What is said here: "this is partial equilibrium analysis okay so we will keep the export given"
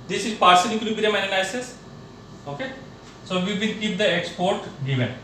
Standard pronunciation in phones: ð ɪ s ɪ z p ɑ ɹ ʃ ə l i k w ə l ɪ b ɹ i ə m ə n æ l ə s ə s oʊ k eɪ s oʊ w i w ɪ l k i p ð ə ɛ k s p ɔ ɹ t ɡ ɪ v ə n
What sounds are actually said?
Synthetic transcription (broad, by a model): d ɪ s ɪ z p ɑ ɹ s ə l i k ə n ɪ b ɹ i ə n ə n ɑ ə s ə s oʊ k eɪ s oʊ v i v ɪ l k i p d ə ɛ k s p ɔ ɹ t ɡ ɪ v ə n